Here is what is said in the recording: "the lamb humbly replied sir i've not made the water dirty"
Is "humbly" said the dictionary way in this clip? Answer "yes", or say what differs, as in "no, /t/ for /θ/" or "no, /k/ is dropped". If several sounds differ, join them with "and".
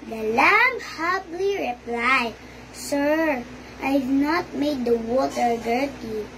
no, /m/ is dropped